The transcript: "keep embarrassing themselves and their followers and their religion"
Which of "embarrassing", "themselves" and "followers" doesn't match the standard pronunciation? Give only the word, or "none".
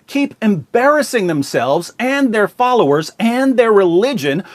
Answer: none